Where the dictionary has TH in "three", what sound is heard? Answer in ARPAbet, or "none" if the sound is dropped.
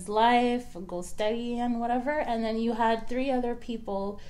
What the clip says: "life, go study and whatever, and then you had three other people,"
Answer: TH